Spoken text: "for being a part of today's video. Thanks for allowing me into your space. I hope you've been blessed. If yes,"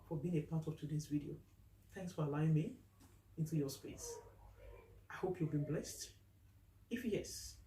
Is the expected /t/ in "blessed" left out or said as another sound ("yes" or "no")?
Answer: no